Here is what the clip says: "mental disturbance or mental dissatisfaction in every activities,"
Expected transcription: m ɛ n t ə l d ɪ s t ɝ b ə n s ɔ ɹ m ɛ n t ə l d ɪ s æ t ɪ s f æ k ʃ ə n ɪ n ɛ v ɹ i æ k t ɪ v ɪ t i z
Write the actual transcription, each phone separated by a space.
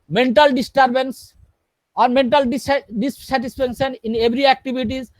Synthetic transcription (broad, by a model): m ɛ n t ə l d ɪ s t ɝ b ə n s ɔ ɹ m ɛ n t ə l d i s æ t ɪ s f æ k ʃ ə n ɪ n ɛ b ɹ i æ k t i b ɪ t i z